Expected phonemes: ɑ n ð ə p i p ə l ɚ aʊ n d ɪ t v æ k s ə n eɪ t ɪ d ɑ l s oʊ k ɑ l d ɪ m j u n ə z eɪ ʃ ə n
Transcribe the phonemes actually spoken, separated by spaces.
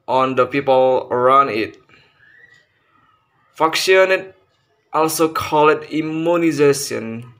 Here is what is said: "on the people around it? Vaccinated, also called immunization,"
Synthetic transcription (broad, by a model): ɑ n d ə p i p ə l ɚ aʊ n d ɪ t f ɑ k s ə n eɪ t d ɑ l s oʊ k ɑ l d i m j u n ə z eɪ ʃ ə n